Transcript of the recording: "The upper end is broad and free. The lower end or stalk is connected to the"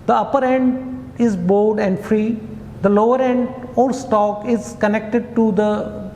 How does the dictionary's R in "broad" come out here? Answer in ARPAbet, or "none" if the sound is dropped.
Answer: none